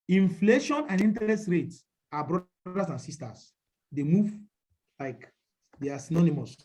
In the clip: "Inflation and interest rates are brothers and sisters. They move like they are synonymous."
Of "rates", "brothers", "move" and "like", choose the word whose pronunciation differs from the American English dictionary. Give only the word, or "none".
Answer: brothers